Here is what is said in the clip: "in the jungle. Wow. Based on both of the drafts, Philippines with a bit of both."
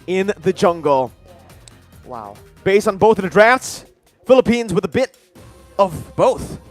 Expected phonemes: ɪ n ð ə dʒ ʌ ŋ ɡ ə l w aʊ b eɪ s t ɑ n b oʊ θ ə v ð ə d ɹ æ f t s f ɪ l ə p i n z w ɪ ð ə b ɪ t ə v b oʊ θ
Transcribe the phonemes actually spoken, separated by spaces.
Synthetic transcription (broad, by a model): ɪ n ð ə dʒ ʌ ŋ ɡ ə l w aʊ b eɪ s t n b oʊ θ ə v ð ə d ɹ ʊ f t s f ɪ l ə p i n z w ɪ ð ə b ɪ t ə v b oʊ θ